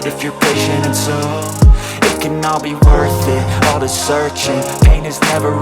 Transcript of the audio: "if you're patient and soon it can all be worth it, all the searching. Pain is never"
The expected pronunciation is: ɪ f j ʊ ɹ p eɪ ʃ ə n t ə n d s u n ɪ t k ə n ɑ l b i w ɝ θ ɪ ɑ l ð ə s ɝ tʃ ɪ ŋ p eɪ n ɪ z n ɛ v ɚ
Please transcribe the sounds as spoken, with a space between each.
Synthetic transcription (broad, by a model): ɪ f j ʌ ɹ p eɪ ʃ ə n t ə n s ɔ ɪ t k ə n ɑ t b i w ɝ θ ɪ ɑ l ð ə s ɝ tʃ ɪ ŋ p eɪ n ɪ z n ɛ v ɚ